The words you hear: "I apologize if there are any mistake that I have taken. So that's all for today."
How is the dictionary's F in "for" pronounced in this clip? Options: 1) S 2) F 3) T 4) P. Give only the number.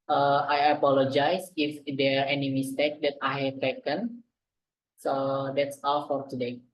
2